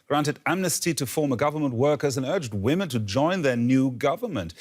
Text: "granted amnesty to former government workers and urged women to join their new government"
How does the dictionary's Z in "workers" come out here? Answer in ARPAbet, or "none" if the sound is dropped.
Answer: Z